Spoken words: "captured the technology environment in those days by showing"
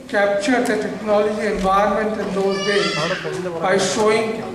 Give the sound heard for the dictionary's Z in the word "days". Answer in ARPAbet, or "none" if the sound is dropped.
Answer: none